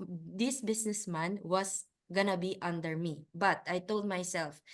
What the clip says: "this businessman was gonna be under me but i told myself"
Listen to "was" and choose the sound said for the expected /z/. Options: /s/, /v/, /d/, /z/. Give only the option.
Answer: /s/